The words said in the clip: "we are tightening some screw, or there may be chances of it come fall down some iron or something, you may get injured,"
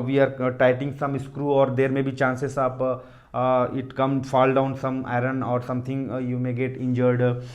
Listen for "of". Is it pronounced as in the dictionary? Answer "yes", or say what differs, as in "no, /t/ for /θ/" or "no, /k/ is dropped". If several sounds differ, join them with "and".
no, /p/ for /v/